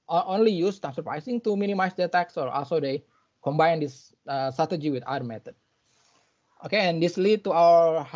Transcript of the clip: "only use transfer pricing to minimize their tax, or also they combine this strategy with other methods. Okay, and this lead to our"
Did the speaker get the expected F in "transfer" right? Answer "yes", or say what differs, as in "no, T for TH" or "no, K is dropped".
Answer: no, F is dropped